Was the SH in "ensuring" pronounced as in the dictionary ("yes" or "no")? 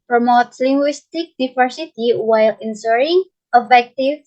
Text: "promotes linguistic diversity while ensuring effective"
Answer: no